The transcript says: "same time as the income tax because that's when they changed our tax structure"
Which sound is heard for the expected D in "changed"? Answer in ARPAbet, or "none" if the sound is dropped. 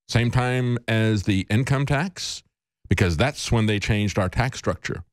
D